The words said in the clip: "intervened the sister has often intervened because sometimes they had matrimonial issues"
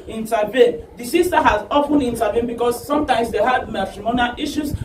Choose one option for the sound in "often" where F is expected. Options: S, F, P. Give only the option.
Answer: P